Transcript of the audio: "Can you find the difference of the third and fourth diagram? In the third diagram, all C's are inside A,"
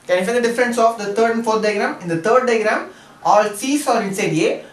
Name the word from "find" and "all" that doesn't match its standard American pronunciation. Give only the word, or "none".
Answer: find